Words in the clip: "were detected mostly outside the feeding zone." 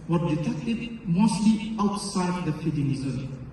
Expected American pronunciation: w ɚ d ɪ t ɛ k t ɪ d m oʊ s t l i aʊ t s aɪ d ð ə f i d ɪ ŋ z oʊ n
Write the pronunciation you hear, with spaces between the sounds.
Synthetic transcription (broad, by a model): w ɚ d ɪ t ɛ k t ɪ d m oʊ s t l i aʊ t s aɪ d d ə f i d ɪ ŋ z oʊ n